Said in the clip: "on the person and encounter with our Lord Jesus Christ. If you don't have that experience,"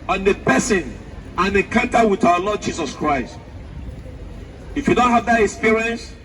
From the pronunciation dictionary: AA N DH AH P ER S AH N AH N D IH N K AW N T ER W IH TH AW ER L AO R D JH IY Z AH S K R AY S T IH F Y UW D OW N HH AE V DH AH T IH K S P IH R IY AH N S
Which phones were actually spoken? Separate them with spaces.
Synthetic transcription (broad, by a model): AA N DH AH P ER S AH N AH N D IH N K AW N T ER W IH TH AW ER L AO D JH IY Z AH S K R AY S T IH F Y UW D OW N HH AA V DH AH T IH K S P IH R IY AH N S